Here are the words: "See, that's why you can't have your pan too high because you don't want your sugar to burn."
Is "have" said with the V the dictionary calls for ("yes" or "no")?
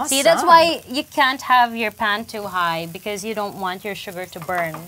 yes